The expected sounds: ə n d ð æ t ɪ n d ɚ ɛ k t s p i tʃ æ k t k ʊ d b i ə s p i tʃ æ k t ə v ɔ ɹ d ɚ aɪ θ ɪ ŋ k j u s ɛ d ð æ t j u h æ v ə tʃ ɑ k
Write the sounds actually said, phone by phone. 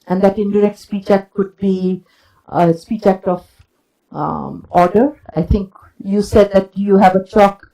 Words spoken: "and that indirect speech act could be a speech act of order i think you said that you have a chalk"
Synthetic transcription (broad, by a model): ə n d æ t ɪ n d ɚ ɛ k t s p i tʃ æ k t k ʊ d b i ə s p i tʃ æ k t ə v ɔ ɹ d ɚ aɪ t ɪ ŋ k j u s ɛ d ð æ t j u h æ v ə tʃ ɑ k